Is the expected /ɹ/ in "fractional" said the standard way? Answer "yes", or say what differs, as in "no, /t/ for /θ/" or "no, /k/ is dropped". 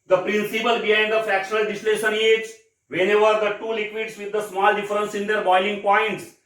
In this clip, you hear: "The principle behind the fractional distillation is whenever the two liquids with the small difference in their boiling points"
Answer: no, /ɹ/ is dropped